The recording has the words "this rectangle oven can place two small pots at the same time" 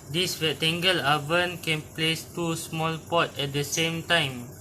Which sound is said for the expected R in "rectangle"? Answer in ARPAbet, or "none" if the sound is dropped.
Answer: W